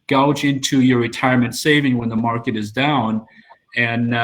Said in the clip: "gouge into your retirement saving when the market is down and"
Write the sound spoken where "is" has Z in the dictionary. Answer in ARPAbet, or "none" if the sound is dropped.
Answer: Z